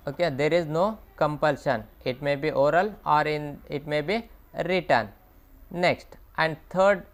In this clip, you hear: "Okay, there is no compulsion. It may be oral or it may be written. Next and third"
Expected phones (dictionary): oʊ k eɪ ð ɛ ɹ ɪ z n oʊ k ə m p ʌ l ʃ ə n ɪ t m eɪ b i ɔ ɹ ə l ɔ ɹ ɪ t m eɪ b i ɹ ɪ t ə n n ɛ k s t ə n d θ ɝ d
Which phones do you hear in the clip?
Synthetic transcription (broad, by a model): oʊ k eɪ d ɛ ɹ ɪ z n oʊ k ə m p ʌ l ʃ ə n ɪ t m eɪ b i ɔ ɹ ə l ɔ ɹ ɪ t m eɪ b i ɹ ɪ t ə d n ɛ k s t ə n d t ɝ d